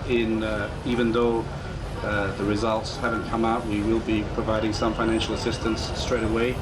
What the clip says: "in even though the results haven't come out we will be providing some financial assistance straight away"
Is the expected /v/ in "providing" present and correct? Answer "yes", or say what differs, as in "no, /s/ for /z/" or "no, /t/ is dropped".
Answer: yes